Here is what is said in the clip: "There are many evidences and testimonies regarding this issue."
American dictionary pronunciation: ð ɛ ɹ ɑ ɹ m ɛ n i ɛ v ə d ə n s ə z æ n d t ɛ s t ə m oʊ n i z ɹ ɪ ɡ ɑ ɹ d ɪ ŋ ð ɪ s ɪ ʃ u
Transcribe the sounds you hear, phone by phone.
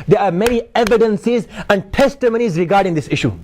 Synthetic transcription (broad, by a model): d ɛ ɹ ɑ ɹ m ɛ n i ɛ v ə d ə n s ə z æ n d t ɛ s t ə m oʊ n i z ɹ ɪ ɡ ɑ ɹ d ɪ ŋ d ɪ s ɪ ʃ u